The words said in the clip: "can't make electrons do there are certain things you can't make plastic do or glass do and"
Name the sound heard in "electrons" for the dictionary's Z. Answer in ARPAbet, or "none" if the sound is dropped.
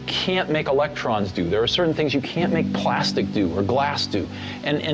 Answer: Z